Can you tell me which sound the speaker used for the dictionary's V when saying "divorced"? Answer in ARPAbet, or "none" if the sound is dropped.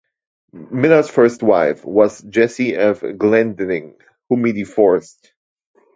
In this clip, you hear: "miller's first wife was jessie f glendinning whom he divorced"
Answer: F